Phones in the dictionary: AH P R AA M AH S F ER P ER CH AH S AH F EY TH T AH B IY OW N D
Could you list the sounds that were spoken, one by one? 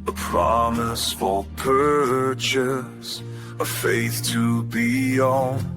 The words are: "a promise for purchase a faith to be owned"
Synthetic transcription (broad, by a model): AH P R AA M AH S F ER P ER CH AH S AH F EY TH T AH B IY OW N